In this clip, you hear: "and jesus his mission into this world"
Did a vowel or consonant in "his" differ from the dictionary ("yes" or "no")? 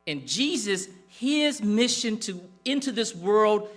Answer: no